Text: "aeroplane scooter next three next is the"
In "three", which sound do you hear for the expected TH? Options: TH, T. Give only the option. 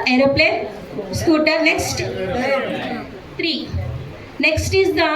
T